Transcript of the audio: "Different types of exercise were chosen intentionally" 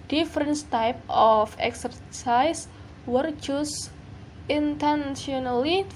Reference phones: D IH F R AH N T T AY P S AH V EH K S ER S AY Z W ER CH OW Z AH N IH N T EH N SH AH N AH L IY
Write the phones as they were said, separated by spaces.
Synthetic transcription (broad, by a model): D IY F R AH N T T AY P AH F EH K S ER S AY S W ER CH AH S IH N T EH N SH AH N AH L IY